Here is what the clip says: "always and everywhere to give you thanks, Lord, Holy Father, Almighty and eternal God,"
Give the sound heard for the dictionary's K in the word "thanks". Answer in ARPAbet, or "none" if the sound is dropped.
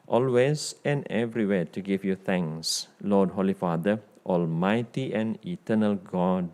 none